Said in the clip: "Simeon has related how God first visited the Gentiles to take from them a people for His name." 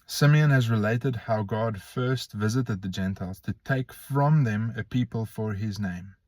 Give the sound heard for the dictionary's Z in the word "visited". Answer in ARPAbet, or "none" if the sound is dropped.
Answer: Z